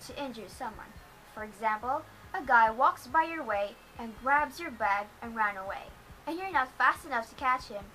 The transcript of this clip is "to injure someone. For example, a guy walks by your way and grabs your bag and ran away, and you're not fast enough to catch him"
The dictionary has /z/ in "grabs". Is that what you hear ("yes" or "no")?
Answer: yes